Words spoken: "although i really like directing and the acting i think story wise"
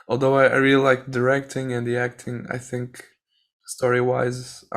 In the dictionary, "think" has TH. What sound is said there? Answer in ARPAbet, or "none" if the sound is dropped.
TH